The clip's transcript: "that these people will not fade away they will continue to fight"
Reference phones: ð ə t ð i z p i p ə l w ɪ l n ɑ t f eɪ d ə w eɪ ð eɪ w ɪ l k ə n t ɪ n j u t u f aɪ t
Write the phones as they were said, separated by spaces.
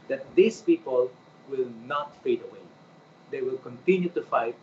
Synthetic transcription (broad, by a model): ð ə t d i s p i p ə l w ɪ l n ɑ t f eɪ d ə w eɪ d eɪ w ɪ l k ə n t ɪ n j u t u f aɪ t